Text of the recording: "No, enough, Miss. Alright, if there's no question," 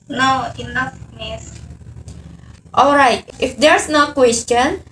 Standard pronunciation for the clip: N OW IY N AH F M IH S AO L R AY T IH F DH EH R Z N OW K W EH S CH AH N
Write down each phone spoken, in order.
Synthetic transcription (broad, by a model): N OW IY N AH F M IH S AO L R AY T IH F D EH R S N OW K W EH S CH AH N